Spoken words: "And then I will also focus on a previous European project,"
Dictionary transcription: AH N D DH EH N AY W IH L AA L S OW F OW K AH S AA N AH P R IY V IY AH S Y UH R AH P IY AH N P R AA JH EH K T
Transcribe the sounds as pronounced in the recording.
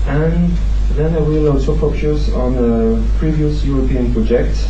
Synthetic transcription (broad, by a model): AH N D DH EH N AY W IH L AA L S OW P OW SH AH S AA N AH P R IY V IY AH S Y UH R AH P IY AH N P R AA JH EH K T